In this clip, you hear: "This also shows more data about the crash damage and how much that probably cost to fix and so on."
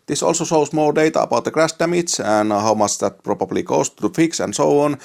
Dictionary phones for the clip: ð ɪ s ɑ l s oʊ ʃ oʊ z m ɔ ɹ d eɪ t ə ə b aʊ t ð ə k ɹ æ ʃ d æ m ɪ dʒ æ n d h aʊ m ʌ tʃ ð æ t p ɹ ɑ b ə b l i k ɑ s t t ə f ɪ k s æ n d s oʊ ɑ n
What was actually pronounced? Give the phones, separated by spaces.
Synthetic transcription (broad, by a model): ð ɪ s ɑ l s oʊ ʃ oʊ s m ɔ l d eɪ t ə ə b aʊ t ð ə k ɹ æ s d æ m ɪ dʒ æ n h aʊ m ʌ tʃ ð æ t p ɹ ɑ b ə b l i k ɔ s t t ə f ɪ k s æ n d s oʊ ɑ n